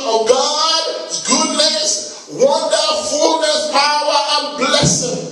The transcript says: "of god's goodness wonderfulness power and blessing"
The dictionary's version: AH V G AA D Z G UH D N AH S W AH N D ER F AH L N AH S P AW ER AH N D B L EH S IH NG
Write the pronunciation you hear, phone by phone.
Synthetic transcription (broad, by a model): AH G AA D G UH D N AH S W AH N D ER F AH L N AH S P AW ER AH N B L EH S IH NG